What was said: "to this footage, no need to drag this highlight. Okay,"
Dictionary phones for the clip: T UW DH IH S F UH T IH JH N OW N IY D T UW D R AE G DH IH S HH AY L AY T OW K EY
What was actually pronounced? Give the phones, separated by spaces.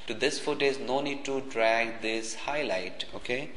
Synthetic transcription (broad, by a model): T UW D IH S F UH T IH Z N OW N IY D T UW D R AE G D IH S HH AY L AY T OW K EY